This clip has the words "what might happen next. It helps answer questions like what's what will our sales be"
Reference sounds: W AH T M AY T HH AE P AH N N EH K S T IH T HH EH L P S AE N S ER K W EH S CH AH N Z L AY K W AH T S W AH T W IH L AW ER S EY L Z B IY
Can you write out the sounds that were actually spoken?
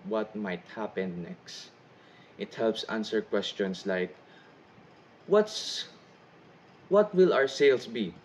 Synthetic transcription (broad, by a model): W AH T M AY T HH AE P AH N N EH K S T IH T HH EH L P S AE N S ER K W EH S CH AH N S L AY K W AH T S W AH T W IH L AW ER S EY L S B IY